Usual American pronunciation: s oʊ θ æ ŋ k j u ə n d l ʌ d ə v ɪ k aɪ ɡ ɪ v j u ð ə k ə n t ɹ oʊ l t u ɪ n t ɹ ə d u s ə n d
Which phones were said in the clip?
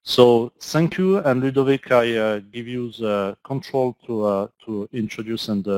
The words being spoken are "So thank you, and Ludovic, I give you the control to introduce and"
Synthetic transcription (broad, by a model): s oʊ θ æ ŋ k j u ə n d l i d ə v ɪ k aɪ ɡ ɪ v j u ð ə k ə n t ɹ oʊ l t u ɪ n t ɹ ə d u s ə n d